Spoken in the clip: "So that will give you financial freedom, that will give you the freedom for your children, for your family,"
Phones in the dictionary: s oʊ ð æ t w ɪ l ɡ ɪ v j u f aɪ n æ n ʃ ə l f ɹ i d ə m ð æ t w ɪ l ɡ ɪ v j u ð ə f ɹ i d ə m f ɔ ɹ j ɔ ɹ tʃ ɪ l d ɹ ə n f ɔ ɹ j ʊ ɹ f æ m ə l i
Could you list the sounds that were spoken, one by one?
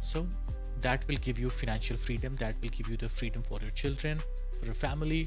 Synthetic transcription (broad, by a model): s oʊ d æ t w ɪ l ɡ ɪ v j u f aɪ n æ n ʃ ə l f ɹ i d ə m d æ t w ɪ l ɡ ɪ v j u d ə f ɹ i d ə m f ɔ ɹ j ɔ ɹ tʃ ɪ l d ɹ ə n f ɔ ɹ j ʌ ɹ f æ m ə l i